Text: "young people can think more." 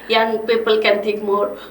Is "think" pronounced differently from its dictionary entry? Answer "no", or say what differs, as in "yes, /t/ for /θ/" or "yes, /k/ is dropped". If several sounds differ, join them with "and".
yes, /t/ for /θ/ and /ŋ/ is dropped